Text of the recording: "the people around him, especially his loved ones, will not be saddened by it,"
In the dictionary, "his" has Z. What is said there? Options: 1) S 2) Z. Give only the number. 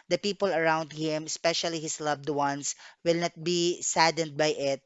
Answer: 1